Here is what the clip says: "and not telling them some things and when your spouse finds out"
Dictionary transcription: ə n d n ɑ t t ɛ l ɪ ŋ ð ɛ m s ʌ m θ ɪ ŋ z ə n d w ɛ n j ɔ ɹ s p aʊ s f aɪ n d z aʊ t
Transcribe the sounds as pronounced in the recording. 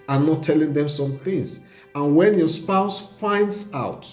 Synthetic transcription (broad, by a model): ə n n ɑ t t ɛ l ɪ ŋ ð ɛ m s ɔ m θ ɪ ŋ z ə n w ɛ n j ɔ s p aʊ s f aɪ n d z aʊ t